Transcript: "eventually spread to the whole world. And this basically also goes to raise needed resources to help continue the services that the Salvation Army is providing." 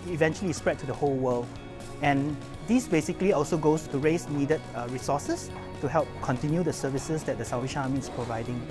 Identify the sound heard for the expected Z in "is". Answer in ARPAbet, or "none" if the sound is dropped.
S